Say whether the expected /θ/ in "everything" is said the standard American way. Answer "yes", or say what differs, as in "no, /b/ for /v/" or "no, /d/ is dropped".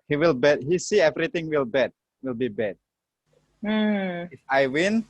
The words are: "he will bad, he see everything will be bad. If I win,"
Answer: no, /t/ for /θ/